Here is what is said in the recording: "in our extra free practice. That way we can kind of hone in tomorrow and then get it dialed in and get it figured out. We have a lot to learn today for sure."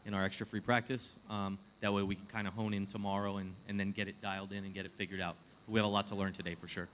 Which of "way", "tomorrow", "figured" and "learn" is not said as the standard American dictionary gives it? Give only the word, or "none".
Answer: none